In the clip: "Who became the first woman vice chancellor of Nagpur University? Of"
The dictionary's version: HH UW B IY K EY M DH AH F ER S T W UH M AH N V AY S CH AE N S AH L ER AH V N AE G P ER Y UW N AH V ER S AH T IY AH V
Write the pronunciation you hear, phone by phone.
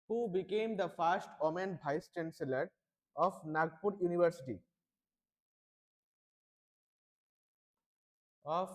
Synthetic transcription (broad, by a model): HH UW B IY K EY M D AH F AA S T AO M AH N B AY S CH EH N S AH L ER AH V N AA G P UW Y UW N AH V ER S AH T IY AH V